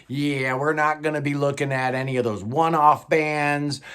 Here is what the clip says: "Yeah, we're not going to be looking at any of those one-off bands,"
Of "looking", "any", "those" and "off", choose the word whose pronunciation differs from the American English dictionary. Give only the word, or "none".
none